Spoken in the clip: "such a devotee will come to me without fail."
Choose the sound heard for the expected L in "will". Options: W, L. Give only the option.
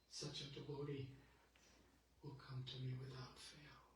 L